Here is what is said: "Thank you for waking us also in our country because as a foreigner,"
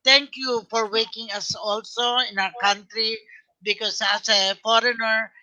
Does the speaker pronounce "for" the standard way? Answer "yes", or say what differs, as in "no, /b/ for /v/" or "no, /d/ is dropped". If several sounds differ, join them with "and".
yes